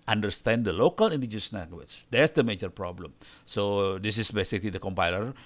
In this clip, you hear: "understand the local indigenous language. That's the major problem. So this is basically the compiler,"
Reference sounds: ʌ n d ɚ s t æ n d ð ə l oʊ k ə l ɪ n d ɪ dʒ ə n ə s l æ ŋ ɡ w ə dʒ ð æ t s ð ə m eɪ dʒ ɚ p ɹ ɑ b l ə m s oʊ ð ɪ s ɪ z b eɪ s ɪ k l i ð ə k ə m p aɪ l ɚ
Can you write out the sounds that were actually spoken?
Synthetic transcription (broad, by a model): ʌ n d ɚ s t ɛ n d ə l oʊ k ə l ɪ n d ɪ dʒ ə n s n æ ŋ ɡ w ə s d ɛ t s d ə m eɪ dʒ ɚ p ɹ ɑ b l ə m s oʊ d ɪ s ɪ s b eɪ s ɪ k l i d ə k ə m p aɪ l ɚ